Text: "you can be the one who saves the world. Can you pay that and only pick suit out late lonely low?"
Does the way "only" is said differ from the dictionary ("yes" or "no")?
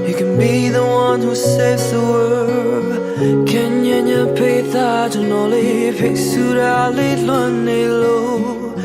yes